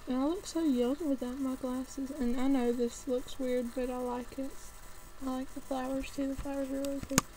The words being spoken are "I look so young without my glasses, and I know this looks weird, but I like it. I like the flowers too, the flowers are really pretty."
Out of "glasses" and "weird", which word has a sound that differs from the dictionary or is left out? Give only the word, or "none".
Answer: none